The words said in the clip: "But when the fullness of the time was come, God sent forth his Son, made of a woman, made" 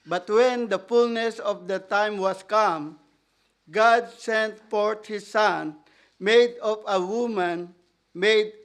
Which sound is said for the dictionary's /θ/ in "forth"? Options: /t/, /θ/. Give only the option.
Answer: /t/